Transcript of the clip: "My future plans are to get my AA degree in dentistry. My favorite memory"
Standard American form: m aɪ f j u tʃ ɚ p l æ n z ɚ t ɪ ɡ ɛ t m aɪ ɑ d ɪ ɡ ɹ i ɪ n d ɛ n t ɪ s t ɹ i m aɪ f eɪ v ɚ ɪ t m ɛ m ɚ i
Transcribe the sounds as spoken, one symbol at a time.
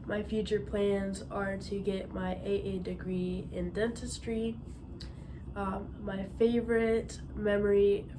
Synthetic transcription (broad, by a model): m aɪ f j u tʃ ɚ p l æ n z ɚ t ɪ ɡ ɛ t m aɪ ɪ d ɪ ɡ ɹ i ɪ n d ɛ n t ɪ s t ɹ i m aɪ f eɪ v ɚ ɪ t m ɛ m ɚ i